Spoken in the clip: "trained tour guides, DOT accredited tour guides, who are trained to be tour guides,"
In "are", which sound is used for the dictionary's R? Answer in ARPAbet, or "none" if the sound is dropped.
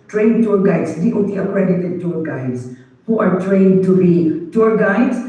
R